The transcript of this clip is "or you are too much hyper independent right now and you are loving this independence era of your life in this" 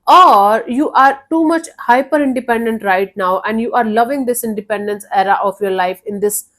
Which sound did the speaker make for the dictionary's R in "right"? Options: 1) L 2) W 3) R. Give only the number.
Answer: 3